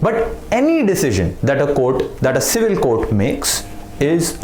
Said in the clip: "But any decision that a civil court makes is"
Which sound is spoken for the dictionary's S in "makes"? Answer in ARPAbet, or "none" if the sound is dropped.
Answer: S